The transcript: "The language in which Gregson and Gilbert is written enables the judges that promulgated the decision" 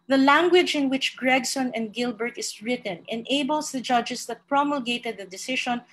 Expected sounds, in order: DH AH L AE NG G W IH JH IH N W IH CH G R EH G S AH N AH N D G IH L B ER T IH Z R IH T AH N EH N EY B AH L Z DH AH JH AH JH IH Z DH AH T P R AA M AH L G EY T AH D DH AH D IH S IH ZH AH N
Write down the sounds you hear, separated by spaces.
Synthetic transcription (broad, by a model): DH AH L AE NG G W IH JH IH N W IH CH G R EH G S AH N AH N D G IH L B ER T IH S R IH T AH N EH N EY B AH L S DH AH JH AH JH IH S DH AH T P R AA M AH L G EY T AH D DH AH D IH S IH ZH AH N